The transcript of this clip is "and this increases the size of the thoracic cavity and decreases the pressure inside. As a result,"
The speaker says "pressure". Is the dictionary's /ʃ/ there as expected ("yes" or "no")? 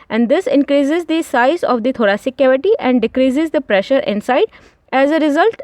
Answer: yes